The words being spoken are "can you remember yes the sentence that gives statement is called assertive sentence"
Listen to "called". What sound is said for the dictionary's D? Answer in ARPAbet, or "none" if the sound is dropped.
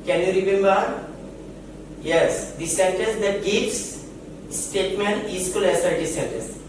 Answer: none